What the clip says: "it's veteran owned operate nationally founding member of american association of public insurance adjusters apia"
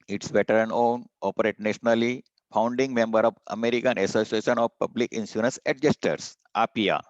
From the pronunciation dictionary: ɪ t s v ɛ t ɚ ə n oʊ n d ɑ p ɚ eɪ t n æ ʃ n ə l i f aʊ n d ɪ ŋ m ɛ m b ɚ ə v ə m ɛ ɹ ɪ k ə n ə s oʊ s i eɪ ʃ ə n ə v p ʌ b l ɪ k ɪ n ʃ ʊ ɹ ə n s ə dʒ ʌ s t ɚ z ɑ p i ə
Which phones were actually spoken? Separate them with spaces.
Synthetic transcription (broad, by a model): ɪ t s b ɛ t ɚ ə n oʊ n ɑ p ɚ eɪ t n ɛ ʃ n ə l i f aʊ n d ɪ ŋ m ɛ m b ɚ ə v ə m ɛ ɹ ɪ k ə n ə s oʊ s i eɪ ʃ ə n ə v p ʌ b l ɪ k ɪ n s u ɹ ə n s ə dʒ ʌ s t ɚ s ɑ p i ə